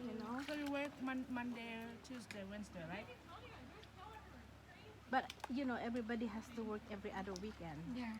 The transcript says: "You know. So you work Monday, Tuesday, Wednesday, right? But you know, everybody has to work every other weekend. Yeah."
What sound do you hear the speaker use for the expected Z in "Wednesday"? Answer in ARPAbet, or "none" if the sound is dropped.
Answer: S